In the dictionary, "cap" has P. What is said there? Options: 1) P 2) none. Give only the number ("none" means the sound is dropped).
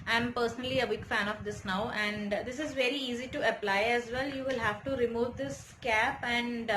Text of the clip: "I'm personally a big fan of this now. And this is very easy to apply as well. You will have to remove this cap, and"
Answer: 1